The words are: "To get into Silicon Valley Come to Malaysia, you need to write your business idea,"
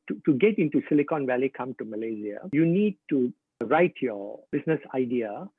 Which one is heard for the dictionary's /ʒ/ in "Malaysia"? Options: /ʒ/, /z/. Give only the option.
/z/